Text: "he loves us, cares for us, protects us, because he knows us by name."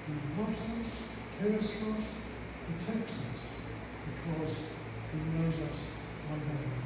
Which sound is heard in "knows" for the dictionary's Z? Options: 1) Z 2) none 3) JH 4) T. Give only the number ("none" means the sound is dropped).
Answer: 1